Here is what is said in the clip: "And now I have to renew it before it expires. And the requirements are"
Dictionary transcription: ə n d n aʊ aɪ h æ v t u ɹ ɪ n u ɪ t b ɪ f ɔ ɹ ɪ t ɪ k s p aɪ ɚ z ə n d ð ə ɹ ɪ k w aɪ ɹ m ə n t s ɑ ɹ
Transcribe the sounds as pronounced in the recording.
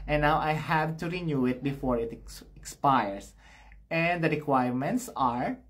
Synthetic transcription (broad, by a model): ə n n aʊ aɪ h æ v t u ɹ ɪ n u ɪ t b ɪ f ɔ ɹ ɪ t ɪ k s p aɪ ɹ s ə n d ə ɹ ɪ k w aɪ ɹ m ə n t s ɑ ɹ